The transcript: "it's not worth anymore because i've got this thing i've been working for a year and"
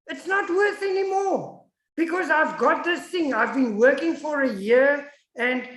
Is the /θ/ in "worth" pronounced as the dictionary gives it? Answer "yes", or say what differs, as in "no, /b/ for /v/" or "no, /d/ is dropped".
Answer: yes